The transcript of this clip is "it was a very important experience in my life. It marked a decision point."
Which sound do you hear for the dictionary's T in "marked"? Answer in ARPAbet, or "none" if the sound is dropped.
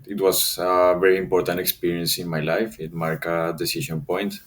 none